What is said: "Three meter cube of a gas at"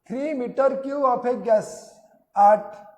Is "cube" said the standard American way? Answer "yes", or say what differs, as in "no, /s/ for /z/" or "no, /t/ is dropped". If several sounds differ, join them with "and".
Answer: no, /b/ is dropped